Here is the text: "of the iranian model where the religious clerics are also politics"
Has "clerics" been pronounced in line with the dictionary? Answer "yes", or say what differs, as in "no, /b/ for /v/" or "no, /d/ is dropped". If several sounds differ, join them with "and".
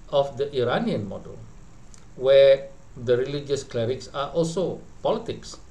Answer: yes